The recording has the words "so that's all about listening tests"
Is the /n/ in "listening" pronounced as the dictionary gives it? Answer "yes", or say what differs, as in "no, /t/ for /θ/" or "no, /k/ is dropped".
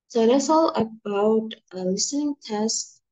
yes